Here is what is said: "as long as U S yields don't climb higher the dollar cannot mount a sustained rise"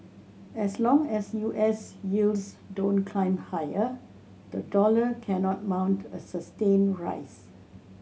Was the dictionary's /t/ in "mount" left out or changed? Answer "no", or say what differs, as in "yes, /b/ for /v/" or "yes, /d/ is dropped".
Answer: no